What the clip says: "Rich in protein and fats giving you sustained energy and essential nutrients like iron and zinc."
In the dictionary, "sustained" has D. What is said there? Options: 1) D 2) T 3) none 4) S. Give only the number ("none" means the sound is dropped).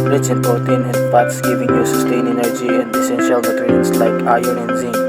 3